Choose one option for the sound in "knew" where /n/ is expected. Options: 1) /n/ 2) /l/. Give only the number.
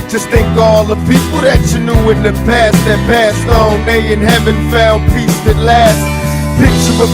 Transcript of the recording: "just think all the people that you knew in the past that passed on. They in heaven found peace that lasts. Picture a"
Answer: 1